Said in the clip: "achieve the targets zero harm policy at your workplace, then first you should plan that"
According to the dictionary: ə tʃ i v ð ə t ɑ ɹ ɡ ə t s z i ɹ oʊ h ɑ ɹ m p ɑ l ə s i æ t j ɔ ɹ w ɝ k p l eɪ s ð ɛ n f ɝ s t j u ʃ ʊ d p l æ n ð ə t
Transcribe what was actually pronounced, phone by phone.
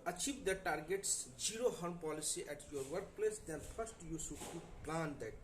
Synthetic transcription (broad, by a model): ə tʃ i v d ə t ɑ ɹ ɡ ə t s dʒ i ɹ oʊ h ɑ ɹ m p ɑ l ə s i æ t j ɔ ɹ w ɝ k p l eɪ s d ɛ n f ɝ s t j u s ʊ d p l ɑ n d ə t